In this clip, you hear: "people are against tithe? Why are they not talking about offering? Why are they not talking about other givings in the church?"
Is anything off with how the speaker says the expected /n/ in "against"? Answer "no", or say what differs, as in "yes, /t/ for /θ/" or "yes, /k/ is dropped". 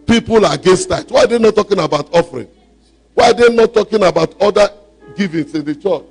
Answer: yes, /n/ is dropped